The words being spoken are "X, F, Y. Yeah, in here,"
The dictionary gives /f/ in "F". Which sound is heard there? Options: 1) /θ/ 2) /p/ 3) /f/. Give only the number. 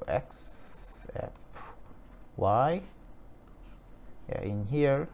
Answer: 2